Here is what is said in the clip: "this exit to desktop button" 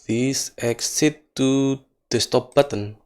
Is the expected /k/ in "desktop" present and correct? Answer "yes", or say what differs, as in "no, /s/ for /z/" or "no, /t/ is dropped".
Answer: no, /k/ is dropped